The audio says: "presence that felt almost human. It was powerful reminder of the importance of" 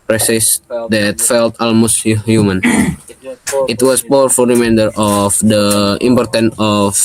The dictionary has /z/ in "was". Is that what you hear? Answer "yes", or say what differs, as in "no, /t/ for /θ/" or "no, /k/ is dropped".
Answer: no, /s/ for /z/